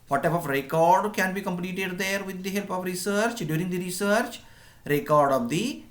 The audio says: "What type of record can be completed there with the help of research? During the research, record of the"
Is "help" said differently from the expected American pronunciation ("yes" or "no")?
no